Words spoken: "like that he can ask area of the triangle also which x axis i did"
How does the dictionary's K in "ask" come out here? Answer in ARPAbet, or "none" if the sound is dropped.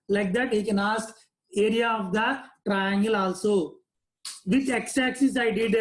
none